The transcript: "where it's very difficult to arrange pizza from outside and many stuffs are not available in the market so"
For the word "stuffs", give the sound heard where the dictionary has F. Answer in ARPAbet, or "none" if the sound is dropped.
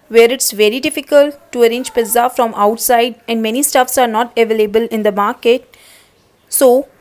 F